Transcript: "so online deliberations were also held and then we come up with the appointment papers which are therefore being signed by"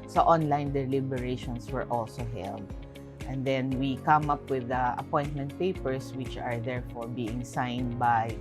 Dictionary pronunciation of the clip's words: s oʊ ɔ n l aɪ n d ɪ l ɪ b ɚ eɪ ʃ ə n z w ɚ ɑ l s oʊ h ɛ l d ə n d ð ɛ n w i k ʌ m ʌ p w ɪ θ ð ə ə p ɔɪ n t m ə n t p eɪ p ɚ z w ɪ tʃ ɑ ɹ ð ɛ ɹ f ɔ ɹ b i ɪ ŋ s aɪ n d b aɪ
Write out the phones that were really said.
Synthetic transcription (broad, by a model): s oʊ ɔ n l aɪ n d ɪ l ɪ b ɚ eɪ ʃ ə n s w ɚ ɑ l s oʊ h ɛ l d ə n d ɛ n w i k ʌ m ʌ p w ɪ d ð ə ə p ɔɪ n t m ə n t p eɪ p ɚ s w ɪ tʃ ɑ ɹ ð ɛ ɹ f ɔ ɹ b i ɪ ŋ s aɪ n d b aɪ